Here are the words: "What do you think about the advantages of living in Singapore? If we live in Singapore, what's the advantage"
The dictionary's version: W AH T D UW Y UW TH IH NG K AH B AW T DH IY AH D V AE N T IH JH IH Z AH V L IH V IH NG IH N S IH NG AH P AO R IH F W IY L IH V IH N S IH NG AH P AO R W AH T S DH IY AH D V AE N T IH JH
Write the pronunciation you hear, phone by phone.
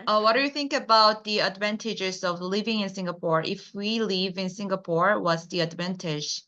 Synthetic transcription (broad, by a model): W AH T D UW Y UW TH IH NG K AH B AW T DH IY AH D V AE N T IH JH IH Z AH V L IH V IH NG IH N S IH NG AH P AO R IH F W IY L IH V IH N S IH NG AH P AO R W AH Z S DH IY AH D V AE N T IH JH